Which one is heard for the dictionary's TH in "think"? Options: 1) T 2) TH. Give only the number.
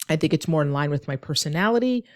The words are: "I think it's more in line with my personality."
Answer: 2